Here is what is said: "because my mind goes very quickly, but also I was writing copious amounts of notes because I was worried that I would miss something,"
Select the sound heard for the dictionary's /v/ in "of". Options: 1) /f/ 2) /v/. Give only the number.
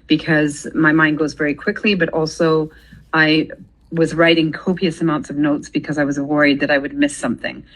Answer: 2